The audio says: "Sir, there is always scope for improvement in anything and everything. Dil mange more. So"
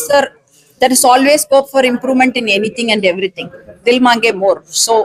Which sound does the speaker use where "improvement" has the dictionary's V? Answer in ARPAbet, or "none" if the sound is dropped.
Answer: V